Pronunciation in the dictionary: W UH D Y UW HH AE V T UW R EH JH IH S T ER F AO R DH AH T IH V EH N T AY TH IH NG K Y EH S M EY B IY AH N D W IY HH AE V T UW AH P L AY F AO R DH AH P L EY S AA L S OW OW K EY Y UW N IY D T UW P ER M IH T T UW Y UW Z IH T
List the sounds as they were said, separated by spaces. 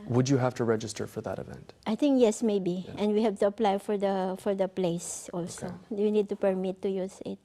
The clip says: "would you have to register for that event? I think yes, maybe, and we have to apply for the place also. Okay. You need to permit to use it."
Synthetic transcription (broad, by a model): W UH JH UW HH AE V T UW R EH JH IH S T ER F AO R DH AH T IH V EH N T AY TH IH NG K Y EH S M EY B IY AH N D W IY HH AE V T UW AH P L AY F AO R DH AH P L EY S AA L S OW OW Y UW N IY D T UW P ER M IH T T UW Y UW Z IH T